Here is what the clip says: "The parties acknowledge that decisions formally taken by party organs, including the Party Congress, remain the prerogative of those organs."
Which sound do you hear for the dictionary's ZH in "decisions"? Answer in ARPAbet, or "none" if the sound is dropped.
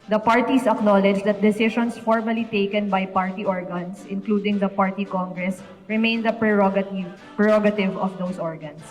SH